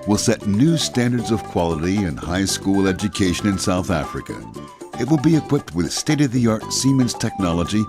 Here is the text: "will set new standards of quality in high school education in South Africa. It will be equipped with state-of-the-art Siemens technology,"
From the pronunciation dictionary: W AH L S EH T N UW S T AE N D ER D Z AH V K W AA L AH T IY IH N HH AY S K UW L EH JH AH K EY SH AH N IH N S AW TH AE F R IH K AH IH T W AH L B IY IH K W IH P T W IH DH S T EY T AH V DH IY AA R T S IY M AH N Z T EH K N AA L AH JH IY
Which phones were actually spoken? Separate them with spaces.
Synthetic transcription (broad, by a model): W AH L S EH T N UW S T AE N D ER D Z AH V K W AA L AH T IY IH N HH AY S K UW L EH JH AH K EY SH AH N IH N S AW TH AE F R IH K AH IH T W AH L B IY IH K W IH P T W IH DH S T EY T AH V DH IY AA R T S IY M AH N Z T EH K N AA L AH JH IY